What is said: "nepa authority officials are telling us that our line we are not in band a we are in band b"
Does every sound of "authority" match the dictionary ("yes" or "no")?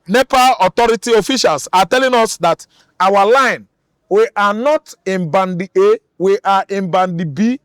no